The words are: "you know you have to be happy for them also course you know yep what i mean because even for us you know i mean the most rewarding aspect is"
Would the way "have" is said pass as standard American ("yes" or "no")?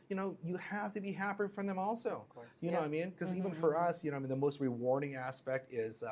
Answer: no